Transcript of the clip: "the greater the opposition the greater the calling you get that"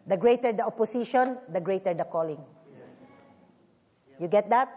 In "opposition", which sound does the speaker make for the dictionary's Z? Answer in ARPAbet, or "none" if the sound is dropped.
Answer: S